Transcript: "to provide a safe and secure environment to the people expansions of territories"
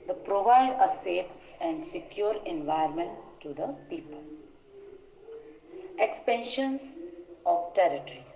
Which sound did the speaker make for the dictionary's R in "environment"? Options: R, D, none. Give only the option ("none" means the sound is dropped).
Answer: none